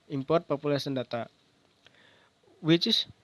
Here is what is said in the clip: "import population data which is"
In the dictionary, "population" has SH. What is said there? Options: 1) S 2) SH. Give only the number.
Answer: 1